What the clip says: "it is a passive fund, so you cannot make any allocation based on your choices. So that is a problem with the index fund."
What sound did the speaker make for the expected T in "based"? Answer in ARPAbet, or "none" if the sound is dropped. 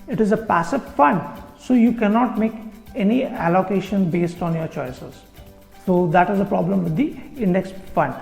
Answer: T